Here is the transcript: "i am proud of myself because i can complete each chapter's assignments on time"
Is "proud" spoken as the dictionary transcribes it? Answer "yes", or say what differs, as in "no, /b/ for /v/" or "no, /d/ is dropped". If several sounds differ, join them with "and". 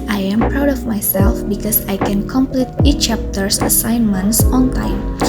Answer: yes